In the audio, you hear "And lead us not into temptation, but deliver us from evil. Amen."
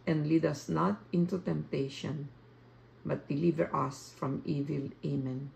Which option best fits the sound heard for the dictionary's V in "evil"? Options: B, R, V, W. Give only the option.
V